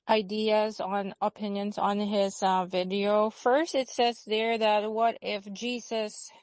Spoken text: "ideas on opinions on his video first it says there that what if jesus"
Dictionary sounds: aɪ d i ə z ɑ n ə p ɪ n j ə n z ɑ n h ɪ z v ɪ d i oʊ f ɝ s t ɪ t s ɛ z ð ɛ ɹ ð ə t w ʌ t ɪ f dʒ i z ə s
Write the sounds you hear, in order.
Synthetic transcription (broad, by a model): aɪ d i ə z n ə p ɪ n j ə n z n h ɪ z v ɪ d i oʊ f ɝ s t ɪ t s ɛ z ð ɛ ɹ ð ə t w ʌ t ɪ f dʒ i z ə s